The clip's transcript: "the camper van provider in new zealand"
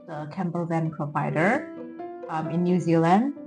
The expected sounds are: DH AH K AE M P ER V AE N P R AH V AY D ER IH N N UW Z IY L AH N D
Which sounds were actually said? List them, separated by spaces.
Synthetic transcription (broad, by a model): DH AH K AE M B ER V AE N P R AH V AY D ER IH N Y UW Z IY L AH N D